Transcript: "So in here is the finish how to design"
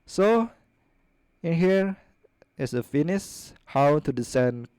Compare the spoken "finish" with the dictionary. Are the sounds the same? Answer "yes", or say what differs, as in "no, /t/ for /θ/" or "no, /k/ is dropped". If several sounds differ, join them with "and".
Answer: no, /s/ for /ʃ/